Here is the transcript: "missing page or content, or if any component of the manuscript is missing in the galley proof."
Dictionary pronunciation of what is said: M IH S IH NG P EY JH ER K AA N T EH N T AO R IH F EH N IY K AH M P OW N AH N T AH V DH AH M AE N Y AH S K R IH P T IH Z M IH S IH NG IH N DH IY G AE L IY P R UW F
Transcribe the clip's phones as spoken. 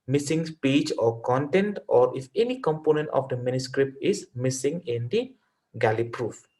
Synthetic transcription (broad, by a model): M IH S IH NG P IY CH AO K AA N T EH N T AO R IH F EH N IY K AH M P OW N AH N T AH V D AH M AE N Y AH S K R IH P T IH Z M IH S IH NG IH N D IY G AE L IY P R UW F